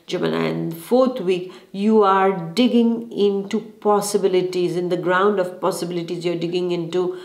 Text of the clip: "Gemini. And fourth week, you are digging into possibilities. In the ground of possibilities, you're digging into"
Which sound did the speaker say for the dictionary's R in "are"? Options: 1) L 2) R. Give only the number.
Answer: 2